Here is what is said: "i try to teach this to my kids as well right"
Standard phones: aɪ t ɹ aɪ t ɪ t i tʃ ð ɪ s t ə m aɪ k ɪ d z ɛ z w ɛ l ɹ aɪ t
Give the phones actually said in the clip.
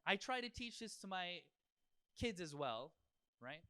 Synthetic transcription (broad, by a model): aɪ t ɹ aɪ t ɪ t i tʃ ð ɪ s t ə m aɪ k ɪ d z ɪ z w ɛ l ɹ aɪ t